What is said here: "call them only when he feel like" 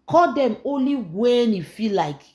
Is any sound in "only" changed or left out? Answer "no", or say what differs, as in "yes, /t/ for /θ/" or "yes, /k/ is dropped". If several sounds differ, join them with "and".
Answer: no